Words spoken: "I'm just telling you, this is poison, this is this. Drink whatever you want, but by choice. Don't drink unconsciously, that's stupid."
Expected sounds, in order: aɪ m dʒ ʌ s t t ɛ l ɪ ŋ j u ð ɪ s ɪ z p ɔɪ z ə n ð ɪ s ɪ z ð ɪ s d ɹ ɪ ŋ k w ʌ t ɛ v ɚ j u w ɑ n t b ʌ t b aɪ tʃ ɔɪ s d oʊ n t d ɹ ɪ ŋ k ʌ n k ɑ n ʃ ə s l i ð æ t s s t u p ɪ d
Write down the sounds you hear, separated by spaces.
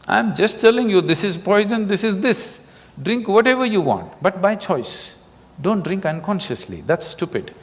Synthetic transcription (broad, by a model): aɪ m dʒ ʌ s t t ɛ l ɪ ŋ j u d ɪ s ɪ z p ɔɪ z ə n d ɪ s ɪ z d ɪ s d ɹ ɪ ŋ k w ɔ t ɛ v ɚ j u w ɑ n t b ʌ t b aɪ tʃ ɔɪ s d oʊ n t d ɹ ɪ ŋ k ʌ n k ɑ n ʃ ə s l i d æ t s s t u p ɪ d